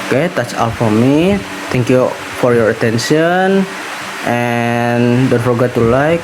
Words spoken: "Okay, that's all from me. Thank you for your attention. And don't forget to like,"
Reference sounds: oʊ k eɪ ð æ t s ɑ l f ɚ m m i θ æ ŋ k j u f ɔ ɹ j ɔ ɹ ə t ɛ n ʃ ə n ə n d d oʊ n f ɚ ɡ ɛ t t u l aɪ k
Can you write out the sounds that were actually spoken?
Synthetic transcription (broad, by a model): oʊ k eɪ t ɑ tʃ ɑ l f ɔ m m i t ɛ ŋ k j u f ɔ ɹ j ɔ ɹ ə t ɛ n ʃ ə n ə n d d oʊ n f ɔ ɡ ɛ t t u l aɪ k